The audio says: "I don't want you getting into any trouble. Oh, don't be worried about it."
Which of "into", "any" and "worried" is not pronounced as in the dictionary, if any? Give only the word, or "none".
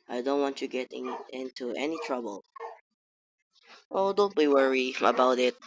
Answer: worried